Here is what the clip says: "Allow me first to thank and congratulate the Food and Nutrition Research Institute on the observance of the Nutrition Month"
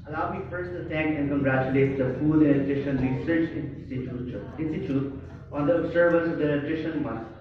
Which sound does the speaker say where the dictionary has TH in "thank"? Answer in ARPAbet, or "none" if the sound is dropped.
T